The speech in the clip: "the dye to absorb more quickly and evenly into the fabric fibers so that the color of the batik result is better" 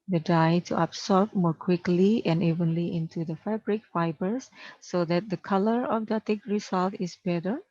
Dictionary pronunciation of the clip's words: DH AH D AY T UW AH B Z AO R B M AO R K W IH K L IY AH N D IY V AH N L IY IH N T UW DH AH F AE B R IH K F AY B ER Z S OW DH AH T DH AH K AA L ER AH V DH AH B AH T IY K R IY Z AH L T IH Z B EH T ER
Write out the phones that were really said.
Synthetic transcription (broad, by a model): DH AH D AY T UW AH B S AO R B M AO R K W IH K L IY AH N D IY V AH N L IY IH N T UW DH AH F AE B R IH K F AY B ER S OW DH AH T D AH K AA L ER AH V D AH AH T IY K R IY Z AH L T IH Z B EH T ER